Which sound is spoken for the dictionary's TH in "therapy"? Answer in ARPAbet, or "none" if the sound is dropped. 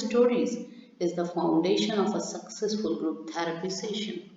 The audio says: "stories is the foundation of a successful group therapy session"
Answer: T